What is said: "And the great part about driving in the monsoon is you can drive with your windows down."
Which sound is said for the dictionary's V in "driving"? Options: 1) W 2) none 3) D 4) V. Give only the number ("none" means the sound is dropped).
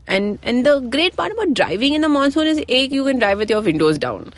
4